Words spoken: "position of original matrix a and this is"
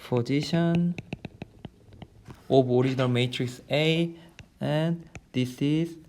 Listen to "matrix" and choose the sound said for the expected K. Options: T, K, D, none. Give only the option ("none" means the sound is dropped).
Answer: K